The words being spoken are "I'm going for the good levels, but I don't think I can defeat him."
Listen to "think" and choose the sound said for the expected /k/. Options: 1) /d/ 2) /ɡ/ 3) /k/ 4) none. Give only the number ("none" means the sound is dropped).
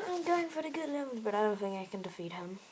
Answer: 4